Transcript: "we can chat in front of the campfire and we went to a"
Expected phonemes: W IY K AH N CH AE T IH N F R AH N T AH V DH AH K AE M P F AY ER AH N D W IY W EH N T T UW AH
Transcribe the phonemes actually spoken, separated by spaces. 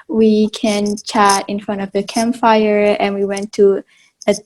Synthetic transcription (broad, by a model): W IY K AH N CH AE T IH N F R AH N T AH V DH AH K AE M P F AY ER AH N W IY W EH N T T UW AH